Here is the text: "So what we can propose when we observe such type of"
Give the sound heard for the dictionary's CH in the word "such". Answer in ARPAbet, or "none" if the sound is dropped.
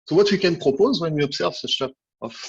SH